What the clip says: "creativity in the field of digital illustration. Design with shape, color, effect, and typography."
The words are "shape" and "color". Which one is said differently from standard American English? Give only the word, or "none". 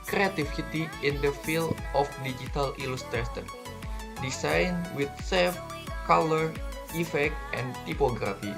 shape